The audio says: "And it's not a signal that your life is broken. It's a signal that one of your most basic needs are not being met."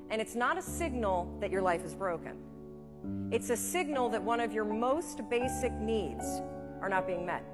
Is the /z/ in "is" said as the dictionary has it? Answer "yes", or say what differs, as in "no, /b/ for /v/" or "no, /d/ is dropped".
yes